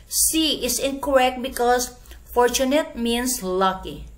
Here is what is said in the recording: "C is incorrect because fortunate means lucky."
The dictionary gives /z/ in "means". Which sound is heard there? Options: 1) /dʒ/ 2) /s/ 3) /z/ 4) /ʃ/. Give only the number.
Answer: 2